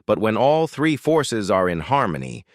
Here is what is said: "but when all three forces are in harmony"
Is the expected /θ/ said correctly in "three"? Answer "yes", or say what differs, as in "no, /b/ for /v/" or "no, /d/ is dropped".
yes